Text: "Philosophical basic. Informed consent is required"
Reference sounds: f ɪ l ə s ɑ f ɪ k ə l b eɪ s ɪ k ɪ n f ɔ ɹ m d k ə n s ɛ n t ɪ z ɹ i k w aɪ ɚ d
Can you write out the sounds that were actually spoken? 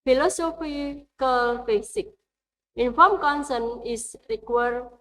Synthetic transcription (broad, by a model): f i l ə s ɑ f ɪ k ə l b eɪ s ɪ k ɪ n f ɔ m k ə n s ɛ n ɪ s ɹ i k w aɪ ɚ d